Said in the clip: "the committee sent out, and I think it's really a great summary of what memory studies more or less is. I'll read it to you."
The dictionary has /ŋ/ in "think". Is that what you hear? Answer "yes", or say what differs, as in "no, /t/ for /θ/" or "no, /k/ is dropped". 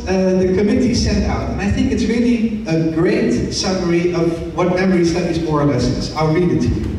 yes